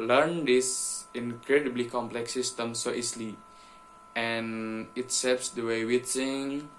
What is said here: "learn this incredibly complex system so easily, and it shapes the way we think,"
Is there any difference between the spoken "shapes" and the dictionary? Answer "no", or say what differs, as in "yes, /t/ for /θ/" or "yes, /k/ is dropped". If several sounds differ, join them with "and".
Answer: yes, /s/ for /ʃ/